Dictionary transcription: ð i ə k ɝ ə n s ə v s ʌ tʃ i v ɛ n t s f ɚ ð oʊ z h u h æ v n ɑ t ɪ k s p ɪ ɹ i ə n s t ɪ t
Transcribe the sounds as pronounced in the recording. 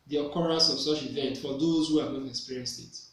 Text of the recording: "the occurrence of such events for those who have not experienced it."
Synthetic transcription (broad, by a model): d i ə k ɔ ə s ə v s ʌ tʃ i v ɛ n t f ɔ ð oʊ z h u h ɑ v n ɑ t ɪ k s p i ɹ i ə n s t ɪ t